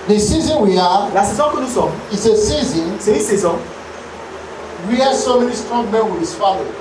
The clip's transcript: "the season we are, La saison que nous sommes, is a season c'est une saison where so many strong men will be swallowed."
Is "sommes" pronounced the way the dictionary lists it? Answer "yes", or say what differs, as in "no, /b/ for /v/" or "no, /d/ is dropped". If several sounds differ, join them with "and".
no, /z/ is dropped